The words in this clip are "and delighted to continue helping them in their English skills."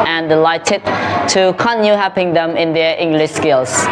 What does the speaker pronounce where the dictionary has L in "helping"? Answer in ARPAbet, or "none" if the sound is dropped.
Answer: none